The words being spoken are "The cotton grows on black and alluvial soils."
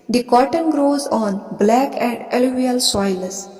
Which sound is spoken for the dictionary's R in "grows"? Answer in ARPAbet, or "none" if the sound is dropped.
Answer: R